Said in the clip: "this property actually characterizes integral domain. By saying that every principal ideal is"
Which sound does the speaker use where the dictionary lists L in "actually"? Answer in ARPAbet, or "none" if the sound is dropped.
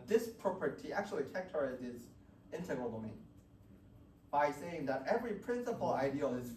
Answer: none